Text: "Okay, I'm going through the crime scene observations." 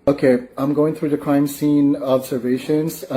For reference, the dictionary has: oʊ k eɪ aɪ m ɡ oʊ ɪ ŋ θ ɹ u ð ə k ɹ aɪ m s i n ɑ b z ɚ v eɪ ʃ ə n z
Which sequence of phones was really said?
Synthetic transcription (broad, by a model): oʊ k eɪ aɪ m ɡ oʊ ɪ ŋ θ ɹ u ð ə k ɹ aɪ m s i n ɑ b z ɚ v eɪ ʃ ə n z